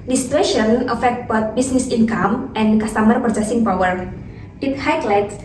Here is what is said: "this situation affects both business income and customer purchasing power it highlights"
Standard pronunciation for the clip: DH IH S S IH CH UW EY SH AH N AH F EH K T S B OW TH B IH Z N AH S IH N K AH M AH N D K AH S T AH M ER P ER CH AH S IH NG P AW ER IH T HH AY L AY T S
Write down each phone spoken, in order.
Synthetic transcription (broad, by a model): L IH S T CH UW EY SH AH N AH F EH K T B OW T B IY S N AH S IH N K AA M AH N K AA S T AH M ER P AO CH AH S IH NG P AW ER IH T HH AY L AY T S